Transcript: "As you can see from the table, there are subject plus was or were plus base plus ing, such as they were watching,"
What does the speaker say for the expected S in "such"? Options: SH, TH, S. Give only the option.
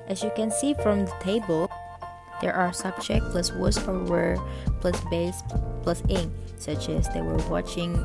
S